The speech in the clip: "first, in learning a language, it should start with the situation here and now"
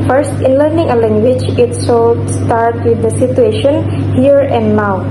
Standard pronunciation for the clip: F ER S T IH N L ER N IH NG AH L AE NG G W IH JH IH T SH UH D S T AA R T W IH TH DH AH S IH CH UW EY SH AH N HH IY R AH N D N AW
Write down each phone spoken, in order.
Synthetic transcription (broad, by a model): F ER S T IH N L ER N IH NG AH L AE NG G W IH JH IH T S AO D S T AA R T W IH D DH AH S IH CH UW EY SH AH N HH IY R AH N D N AW